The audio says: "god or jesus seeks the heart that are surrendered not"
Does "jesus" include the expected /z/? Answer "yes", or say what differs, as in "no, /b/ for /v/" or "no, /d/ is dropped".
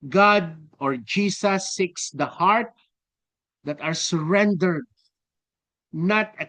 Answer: no, /s/ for /z/